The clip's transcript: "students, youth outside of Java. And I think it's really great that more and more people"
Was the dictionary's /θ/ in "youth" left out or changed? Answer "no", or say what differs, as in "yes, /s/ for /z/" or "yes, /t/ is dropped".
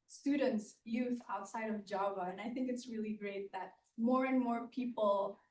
no